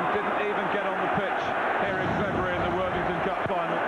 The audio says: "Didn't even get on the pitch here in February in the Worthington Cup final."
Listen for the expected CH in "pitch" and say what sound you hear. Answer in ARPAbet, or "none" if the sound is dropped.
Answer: CH